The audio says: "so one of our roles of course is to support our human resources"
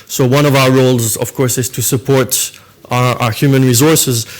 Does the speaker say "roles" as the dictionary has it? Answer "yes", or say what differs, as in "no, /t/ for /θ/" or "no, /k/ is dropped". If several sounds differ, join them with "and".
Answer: yes